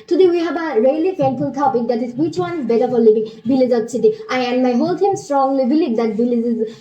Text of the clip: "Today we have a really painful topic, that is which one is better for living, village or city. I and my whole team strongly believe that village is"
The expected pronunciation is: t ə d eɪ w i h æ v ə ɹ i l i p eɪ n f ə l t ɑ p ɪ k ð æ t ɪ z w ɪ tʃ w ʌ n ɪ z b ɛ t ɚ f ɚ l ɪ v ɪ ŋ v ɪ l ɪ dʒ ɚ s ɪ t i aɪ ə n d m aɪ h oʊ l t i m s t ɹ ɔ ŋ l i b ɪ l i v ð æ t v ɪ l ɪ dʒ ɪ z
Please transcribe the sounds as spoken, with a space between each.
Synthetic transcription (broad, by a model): t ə d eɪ w i h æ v ə ɹ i l i f eɪ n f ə l t ɑ p ɪ k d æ t ɪ z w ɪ tʃ w ʌ n ɪ z b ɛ t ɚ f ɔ l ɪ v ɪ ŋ b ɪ l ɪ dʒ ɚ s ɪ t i aɪ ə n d m aɪ h oʊ l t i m s t ɹ ɔ ŋ l i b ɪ l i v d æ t b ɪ l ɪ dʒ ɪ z